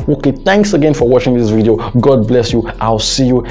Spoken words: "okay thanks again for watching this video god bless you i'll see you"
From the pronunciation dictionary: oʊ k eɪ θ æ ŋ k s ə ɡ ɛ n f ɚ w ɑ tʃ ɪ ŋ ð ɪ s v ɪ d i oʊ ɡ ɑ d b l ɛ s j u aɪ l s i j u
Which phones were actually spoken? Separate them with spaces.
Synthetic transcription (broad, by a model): oʊ k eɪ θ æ ŋ k s ə ɡ ɛ n f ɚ w ɑ tʃ ɪ ŋ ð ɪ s v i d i oʊ ɡ ɑ d b l ɛ s j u aɪ l s i j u